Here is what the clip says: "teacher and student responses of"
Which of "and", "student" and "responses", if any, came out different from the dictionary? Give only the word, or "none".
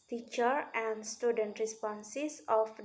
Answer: responses